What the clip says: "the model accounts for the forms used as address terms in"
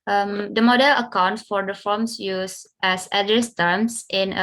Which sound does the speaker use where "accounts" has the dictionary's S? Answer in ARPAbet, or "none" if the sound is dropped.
none